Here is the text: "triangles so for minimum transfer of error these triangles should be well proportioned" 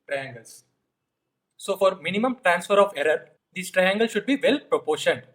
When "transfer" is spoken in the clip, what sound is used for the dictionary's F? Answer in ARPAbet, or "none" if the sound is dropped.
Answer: F